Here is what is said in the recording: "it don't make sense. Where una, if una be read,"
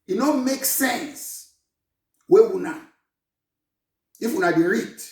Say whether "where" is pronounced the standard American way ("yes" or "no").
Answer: no